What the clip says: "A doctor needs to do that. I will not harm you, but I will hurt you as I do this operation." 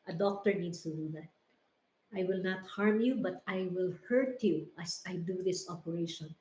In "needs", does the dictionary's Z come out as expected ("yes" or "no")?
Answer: no